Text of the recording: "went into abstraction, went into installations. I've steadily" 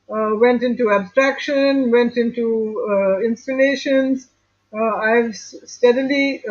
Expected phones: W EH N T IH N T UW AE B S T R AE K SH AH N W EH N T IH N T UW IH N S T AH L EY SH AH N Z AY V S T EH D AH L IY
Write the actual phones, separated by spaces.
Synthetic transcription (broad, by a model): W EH N T IH N T UW AE B S T R AE K SH AH N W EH N T IH N T UW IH N S T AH L EY SH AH N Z AY V S T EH D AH L IY